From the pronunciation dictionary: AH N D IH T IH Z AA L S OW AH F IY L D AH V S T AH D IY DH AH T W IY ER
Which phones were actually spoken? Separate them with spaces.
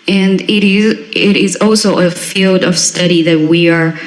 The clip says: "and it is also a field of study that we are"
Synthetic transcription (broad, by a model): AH N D IH T IH Z AA L S OW AH F IY L D AH V S T AH D IY DH AH T W IY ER